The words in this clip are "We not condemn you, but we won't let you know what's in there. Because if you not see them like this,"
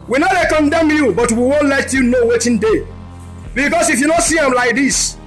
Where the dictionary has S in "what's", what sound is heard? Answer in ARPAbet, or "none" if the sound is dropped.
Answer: none